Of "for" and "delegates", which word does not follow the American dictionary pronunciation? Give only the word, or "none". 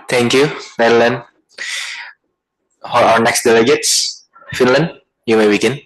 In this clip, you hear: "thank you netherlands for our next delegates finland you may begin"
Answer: for